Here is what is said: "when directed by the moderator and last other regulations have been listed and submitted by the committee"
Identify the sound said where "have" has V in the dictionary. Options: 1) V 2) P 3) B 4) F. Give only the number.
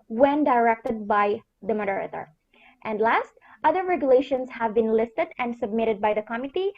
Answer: 1